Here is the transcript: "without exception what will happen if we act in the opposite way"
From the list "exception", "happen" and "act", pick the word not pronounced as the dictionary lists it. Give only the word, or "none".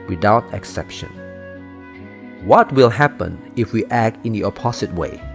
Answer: none